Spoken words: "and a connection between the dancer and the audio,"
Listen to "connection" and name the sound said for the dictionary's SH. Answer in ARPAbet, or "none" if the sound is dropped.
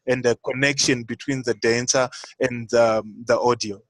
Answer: SH